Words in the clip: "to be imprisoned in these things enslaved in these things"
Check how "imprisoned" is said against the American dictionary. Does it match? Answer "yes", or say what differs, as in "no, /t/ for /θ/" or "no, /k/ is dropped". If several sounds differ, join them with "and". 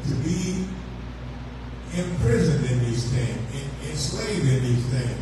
yes